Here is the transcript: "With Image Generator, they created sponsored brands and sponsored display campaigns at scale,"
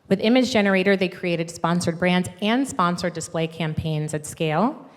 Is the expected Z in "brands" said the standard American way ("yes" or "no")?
yes